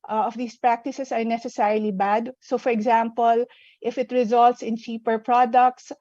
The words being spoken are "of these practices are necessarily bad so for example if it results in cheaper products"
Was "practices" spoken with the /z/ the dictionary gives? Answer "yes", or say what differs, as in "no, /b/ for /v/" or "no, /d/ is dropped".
no, /s/ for /z/